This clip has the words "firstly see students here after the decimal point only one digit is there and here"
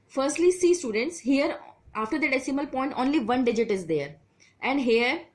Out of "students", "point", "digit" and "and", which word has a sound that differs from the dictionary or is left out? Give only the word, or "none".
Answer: none